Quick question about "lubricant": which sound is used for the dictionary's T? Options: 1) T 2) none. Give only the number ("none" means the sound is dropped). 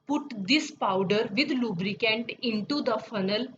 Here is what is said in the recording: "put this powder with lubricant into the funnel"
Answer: 1